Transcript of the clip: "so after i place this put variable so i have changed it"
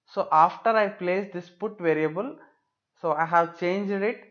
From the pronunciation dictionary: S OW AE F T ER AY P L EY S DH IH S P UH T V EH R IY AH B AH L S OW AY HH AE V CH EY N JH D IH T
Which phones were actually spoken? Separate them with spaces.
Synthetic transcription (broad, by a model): S OW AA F T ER AY P L EY S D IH S P UH T V EH R IY AH B AH L S OW AY HH AE V CH EY N JH D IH T